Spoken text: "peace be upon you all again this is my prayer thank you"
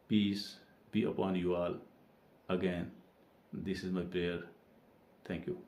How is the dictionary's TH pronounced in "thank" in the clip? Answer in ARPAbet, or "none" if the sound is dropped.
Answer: T